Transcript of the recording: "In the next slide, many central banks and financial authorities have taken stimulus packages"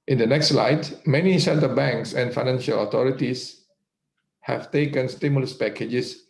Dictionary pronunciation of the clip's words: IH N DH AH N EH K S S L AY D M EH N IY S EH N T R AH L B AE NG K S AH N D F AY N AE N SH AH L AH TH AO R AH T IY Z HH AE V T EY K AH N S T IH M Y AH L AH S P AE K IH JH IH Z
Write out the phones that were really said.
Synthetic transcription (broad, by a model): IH N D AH N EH K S S L AY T M EH N IY S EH N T AH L B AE NG K S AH N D F AY N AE N SH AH L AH T AO R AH T IY S HH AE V T EY K AH N S T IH M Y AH L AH S P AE K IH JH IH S